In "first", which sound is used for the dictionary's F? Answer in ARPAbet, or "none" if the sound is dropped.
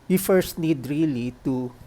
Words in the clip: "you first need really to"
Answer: F